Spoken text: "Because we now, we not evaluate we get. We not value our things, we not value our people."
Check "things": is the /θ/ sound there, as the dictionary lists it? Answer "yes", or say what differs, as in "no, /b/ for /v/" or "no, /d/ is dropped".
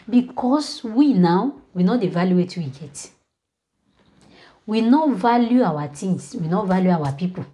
no, /t/ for /θ/